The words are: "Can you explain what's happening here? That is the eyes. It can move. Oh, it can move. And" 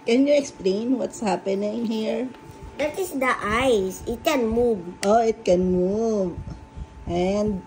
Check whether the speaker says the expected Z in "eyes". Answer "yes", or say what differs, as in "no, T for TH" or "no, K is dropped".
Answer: no, S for Z